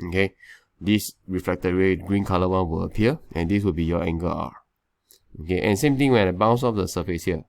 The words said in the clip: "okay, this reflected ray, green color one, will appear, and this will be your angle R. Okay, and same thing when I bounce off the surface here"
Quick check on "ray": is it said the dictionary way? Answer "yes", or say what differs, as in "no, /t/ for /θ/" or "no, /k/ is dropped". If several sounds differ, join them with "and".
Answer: no, /w/ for /ɹ/